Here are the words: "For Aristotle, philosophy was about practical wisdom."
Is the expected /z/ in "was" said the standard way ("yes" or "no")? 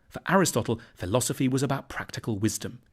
yes